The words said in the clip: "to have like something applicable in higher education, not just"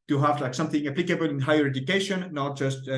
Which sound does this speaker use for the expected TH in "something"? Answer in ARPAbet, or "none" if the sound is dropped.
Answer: TH